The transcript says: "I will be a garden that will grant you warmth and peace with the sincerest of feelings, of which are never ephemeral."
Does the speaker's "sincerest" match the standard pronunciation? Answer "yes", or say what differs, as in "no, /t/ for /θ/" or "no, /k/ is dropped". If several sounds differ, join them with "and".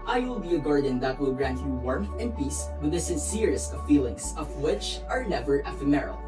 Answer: yes